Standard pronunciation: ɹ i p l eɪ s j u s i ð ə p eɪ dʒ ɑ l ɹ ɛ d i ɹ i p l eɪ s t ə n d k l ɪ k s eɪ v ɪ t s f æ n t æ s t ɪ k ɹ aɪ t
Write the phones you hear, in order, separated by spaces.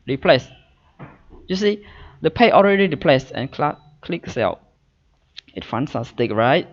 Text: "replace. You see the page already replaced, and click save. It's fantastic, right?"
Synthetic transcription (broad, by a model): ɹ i p l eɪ s j u s i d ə p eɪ ɑ l ɹ ɛ d i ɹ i p l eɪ s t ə n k k l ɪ k s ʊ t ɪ t f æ n s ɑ s t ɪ k ɹ aɪ t